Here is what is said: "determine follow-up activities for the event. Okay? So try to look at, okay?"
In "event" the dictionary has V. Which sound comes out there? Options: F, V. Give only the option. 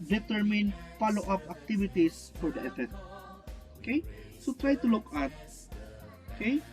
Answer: F